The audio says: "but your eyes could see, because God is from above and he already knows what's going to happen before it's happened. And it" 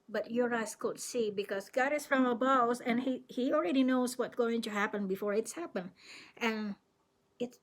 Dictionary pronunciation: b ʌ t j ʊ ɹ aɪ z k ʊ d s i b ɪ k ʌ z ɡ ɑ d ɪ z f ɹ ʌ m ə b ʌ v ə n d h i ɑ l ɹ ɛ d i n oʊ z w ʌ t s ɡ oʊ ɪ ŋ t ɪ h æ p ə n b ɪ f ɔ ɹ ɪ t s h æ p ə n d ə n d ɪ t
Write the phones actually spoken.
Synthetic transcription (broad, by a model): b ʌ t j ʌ ɹ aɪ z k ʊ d s i b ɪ k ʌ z ɡ ɑ d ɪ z f ɹ ʌ m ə b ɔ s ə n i h i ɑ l ɹ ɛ d i n oʊ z w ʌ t ɡ oʊ ɪ ŋ t ɪ h æ p ə n b ɪ f ɔ ɹ ɪ t s h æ p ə n ə n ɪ t